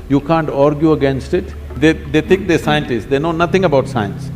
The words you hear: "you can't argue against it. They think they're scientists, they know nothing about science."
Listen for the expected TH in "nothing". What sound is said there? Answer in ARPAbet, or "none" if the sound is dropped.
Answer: T